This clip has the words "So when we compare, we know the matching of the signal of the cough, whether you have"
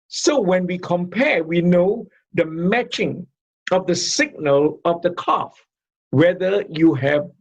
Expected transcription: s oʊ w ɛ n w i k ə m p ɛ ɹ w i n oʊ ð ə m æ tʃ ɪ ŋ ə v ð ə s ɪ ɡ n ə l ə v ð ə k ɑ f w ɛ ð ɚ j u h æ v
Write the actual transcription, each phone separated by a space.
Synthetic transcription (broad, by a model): s oʊ w ɛ n w i k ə m p ɛ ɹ w i n oʊ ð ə m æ tʃ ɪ ŋ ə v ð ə s ɪ ɡ n ə l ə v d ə k ɑ f w ɛ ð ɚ j u h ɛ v